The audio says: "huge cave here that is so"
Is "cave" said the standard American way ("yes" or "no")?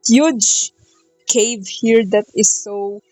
yes